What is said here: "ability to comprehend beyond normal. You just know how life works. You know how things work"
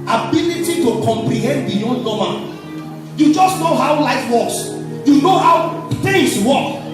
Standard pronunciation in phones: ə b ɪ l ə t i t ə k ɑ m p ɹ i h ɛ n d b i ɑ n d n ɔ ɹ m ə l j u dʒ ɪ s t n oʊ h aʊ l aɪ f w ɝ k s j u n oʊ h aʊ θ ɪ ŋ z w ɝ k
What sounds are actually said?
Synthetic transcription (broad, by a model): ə b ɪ l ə t i t ə k ɑ m p ɹ i h ɛ n d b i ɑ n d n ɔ m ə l j u dʒ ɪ s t n oʊ h aʊ l aɪ f w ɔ k s j u n oʊ h aʊ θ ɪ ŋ s w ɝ k